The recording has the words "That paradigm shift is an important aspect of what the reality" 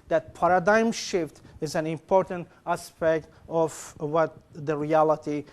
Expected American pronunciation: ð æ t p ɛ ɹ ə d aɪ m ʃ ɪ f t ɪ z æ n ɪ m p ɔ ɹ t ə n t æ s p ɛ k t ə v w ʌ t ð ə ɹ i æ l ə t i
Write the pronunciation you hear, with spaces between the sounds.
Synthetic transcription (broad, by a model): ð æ t p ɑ ɹ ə d aɪ m ʃ ɪ f t ɪ z æ n ɪ m p ɔ ɹ t ə n t æ s p ɛ k t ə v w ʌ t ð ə ɹ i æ l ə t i